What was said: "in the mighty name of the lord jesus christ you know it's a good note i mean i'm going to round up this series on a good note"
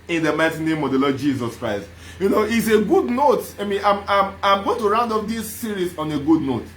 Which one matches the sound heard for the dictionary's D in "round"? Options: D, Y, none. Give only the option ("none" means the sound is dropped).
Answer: D